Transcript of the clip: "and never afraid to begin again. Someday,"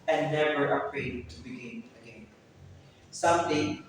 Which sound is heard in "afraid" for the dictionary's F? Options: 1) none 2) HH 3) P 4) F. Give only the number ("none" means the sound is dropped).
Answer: 3